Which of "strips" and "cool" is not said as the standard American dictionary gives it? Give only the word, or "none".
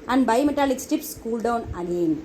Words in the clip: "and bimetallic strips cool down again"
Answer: strips